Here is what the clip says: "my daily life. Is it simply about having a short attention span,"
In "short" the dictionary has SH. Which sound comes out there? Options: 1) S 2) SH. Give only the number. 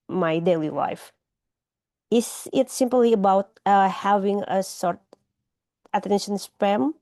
1